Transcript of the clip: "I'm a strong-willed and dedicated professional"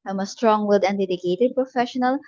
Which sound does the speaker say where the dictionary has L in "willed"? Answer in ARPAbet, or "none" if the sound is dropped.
none